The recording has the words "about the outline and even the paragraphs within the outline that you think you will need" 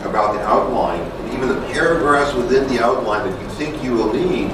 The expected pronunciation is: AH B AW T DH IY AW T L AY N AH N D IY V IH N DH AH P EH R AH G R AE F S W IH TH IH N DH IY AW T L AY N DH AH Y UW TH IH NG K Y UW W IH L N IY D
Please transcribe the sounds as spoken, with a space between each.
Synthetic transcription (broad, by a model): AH B AW T DH IY AW T L AY N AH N IY V IH N DH AH P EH R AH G R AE S W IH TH IH N DH IY AW T L AY N DH AH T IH TH IH NG K Y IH W IH L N IY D